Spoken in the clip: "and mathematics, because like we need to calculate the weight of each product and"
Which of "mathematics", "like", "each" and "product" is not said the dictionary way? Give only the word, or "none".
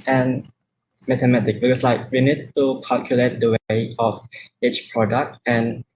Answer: mathematics